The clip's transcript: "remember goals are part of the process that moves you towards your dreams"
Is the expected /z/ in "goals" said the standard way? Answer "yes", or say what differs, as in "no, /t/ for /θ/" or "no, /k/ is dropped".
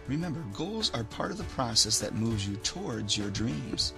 yes